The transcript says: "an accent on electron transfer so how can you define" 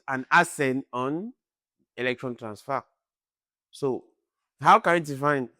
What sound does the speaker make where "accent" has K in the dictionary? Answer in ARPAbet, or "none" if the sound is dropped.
none